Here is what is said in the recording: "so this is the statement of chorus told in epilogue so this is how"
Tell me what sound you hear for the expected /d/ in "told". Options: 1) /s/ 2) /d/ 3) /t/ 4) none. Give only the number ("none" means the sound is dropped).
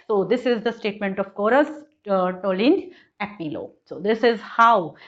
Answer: 4